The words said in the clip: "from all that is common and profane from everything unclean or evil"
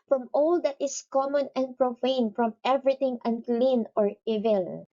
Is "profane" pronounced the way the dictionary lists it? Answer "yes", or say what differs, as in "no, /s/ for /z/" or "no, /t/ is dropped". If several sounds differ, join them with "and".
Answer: yes